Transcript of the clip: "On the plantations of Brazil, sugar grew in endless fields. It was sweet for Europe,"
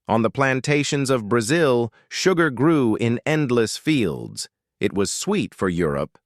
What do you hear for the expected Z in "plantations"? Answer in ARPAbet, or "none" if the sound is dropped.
Z